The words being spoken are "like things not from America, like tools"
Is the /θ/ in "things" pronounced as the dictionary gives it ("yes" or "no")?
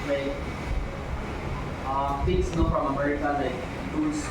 no